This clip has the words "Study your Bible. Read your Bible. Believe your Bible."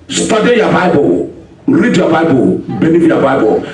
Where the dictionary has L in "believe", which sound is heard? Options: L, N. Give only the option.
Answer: N